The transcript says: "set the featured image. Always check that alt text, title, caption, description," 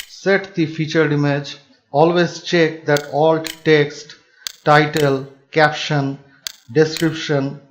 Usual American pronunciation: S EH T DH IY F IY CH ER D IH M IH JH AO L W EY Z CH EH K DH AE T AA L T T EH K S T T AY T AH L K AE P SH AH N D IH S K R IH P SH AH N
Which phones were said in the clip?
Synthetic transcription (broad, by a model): S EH T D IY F IY CH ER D IH M IH JH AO L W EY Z CH EH K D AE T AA L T T EH K S T T AY T AH L K AE P SH AH N D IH S K R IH P SH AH N